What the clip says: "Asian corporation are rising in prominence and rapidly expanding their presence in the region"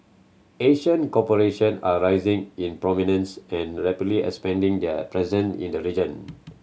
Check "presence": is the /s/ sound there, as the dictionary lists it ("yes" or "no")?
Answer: no